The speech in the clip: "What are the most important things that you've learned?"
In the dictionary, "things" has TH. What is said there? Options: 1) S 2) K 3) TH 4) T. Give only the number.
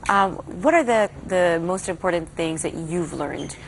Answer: 3